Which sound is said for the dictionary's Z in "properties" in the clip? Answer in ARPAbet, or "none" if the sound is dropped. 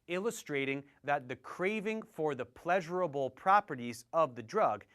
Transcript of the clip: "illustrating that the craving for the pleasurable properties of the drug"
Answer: Z